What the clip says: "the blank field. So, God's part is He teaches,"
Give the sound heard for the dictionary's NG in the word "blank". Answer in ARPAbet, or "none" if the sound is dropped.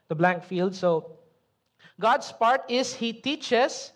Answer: NG